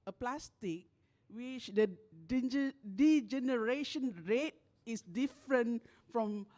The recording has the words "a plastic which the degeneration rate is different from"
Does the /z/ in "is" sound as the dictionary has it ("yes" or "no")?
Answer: no